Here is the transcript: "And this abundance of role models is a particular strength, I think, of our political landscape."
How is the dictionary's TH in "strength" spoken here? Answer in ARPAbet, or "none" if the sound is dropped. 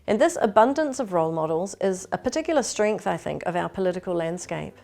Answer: TH